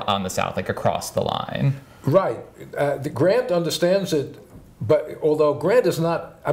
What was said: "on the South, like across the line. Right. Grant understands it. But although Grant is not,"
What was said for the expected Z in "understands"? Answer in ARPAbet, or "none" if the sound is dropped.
Z